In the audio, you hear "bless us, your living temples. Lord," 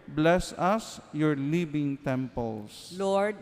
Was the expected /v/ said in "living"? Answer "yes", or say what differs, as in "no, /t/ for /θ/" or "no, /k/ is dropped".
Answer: no, /b/ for /v/